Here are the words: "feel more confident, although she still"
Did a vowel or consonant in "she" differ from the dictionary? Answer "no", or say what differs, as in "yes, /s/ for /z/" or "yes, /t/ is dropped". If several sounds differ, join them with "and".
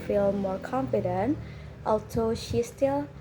no